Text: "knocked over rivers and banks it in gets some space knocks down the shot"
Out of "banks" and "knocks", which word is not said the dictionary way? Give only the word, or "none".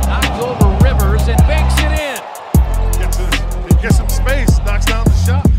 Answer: banks